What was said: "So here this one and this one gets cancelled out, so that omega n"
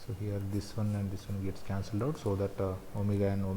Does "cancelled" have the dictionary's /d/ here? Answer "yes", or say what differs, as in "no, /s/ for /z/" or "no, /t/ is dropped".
yes